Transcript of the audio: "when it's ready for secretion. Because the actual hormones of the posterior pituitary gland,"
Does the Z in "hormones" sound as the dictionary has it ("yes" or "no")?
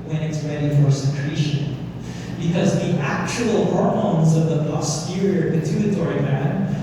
yes